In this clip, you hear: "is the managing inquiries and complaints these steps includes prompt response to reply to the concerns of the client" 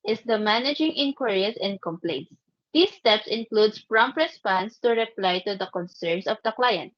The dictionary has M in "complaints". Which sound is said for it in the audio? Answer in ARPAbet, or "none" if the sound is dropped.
M